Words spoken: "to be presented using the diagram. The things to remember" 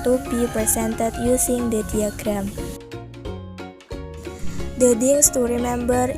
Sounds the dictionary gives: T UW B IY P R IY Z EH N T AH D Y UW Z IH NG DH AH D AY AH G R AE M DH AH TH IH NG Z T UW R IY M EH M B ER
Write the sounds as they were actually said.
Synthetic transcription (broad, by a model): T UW B IY P R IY S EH N T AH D Y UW S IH NG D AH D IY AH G R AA M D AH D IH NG S T UW R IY M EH M B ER